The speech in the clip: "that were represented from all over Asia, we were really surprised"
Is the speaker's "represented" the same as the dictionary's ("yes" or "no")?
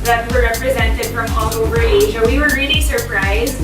yes